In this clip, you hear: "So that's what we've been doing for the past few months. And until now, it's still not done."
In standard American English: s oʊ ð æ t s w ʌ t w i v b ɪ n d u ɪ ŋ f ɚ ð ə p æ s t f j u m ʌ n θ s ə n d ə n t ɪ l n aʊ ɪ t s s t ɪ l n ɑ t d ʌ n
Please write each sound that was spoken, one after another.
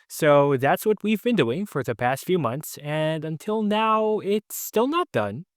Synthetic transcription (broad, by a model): s oʊ ð æ t s w ʌ t w i v b ɪ n d u ɪ ŋ f ɚ ð ə p æ s t f j u m ʌ n θ s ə n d ə n t ɪ l n aʊ ɪ t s s t ɪ l n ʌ t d ʌ n